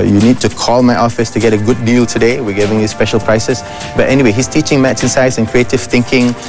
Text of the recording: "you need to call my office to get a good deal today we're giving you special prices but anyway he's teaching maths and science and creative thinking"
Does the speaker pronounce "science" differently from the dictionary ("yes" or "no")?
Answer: yes